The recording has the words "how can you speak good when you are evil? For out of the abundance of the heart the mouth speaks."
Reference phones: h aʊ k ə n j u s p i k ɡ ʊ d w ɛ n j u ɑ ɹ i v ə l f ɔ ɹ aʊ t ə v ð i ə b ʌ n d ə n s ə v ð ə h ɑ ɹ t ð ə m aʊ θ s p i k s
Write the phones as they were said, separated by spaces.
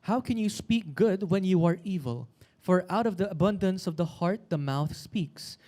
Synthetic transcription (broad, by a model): h aʊ k ə n j u s p i k ɡ ʊ d w ɛ n j u ɑ ɹ i v ə l f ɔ ɹ aʊ t ə v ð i ə b ʌ n d ə n s ə v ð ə h ɑ ɹ t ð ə m aʊ θ s p i k s